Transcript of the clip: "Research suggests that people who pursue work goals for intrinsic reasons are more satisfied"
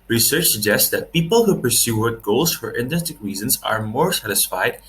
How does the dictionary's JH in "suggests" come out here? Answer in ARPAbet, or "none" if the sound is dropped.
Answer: JH